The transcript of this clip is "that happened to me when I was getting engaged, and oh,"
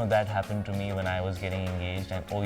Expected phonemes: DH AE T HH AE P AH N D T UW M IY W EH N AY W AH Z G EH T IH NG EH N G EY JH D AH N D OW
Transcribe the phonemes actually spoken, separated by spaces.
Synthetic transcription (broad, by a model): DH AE T HH AE P AH N D T UW M IY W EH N AY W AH Z G EH T IH NG EH N G EY JH D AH N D OW